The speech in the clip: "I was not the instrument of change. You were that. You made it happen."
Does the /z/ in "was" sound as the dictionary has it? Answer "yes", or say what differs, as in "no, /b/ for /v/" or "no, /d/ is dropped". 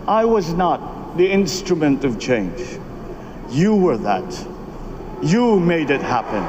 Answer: yes